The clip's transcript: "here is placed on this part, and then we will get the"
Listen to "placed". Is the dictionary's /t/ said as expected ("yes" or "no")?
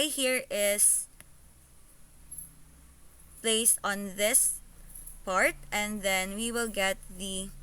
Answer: no